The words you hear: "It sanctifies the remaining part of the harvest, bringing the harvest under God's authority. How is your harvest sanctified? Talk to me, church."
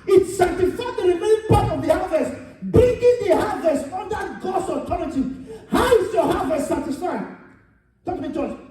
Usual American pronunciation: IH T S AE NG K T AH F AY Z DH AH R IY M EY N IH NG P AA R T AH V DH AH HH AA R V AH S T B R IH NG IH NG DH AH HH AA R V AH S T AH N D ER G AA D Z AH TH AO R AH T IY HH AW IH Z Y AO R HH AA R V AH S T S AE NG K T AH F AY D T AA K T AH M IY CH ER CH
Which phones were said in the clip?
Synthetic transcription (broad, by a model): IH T S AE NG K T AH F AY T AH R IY M EY IH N P AA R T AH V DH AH HH AA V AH S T B R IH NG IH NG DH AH HH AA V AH S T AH N D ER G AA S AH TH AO R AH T IY HH AW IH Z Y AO HH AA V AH S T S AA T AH F AY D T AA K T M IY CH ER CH